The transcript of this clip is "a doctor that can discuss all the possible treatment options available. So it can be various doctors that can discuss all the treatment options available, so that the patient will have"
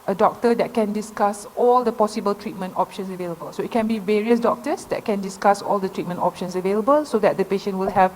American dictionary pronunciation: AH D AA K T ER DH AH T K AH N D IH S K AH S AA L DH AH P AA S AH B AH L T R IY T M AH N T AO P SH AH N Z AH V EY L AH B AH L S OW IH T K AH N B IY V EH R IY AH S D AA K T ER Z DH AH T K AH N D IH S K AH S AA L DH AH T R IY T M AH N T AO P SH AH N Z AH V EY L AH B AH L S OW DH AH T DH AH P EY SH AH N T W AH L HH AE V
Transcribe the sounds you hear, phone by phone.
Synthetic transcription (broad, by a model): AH D AA K T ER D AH T K AH N D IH S K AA S AA L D AH P AA S AH B AH L T R IY T M AH N T AO P SH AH N S AH V EY L AH B AH L S OW IH T K AH N B IY V EH R IY AH S D AA K T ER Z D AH T K AH N D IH S K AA S AA L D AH T R IY T M AH N T AO P SH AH N S AH V EY L AH B AH L S OW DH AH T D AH P EY SH AH N T W AH L HH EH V